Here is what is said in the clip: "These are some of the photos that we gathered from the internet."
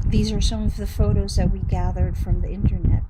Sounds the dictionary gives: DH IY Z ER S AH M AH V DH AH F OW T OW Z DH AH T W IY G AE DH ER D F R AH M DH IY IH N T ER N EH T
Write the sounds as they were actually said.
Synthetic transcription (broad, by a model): DH IY Z ER S AH M AH V DH AH F OW T OW Z DH AH T W IY G AE DH ER D F R AH M DH IY IH N T ER N EH T